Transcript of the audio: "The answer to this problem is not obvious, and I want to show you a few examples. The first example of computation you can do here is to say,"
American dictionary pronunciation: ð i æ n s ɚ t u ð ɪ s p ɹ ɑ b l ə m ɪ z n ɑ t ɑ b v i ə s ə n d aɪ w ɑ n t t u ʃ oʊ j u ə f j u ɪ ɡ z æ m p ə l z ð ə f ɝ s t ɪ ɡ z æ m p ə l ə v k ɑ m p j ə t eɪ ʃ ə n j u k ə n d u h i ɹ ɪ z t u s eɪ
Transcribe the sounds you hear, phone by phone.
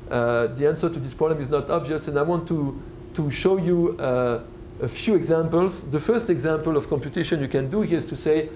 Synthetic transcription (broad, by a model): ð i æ n s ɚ t u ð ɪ s p ɹ ɑ b l ə m ɪ z n ɑ t ɑ b v i ə s ə n d aɪ w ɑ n t t u ʃ oʊ j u ə f j u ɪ ɡ z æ m p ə l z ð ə f ɝ s t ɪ ɡ z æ m p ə l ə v k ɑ m p j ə t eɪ ʃ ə n j u k ə n d u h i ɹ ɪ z t u s eɪ